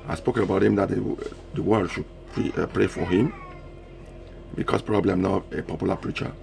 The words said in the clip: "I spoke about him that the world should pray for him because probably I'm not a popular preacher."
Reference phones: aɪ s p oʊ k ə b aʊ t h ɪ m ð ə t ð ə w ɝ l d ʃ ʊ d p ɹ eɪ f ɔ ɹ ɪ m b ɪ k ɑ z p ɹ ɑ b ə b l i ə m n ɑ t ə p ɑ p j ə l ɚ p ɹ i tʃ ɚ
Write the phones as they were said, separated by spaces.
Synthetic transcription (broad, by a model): aɪ s p oʊ k ə b aʊ t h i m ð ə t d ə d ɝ w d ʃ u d p ɹ eɪ f ɔ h ɪ m b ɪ k ɑ s p ɹ ɑ b ə b l i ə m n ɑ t ə p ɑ p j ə l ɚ p ɹ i tʃ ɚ